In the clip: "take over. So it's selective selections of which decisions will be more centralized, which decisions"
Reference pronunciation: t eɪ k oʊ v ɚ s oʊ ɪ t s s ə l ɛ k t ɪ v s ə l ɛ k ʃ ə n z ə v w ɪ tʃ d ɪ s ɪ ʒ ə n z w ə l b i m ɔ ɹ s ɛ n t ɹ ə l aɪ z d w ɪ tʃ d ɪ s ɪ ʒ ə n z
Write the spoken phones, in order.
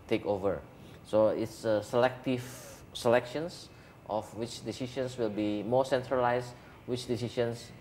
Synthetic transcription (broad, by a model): t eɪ k oʊ v ɚ s oʊ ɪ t s s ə l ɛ k t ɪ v s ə l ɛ k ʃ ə n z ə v w ɪ tʃ d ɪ s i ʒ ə n s w ə l b i m ɔ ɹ s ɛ n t ɹ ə l aɪ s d w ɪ tʃ d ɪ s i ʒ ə n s